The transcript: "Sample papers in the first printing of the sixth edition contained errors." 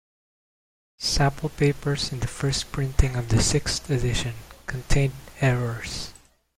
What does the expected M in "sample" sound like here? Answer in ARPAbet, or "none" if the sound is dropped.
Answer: none